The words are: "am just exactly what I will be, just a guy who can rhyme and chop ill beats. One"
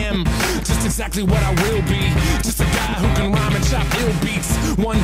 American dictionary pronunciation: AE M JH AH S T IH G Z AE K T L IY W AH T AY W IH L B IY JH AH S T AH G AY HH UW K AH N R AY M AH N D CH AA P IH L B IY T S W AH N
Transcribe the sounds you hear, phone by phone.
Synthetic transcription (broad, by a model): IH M JH AH S T IH G Z AE K T L IY W AH T AY W IH L B IY JH AH S T AH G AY HH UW K AH N R AY M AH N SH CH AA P IH L B IY T S W AH N